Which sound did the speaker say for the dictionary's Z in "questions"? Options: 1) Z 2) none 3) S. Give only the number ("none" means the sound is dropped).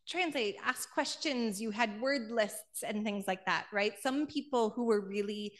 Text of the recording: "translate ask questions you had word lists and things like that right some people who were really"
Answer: 1